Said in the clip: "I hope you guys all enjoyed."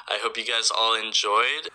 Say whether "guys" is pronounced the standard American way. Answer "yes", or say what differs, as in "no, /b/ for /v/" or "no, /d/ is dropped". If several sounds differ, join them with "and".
yes